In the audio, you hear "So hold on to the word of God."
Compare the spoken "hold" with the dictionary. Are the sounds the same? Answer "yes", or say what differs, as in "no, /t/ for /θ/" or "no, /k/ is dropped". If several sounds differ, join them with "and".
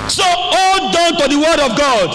no, /l/ is dropped